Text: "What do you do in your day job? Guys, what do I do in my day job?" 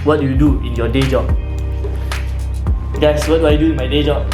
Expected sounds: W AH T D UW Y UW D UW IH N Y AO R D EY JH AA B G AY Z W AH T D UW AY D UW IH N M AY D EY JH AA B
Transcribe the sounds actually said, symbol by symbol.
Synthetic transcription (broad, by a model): W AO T D UW Y UW D UW IH N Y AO D EY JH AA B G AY S W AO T D UW AY D UW IH N M AY D EY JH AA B